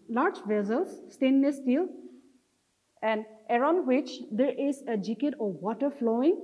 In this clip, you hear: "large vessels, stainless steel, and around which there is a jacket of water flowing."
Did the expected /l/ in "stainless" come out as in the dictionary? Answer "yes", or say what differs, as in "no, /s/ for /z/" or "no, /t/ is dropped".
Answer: no, /l/ is dropped